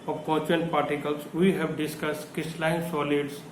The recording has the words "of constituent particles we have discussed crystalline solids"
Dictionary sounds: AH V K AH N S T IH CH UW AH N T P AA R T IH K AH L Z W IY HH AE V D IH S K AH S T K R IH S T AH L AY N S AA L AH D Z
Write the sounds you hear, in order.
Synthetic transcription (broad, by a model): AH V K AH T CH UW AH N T P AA R T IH K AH L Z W IY HH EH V D IH S K AH S T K IH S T L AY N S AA L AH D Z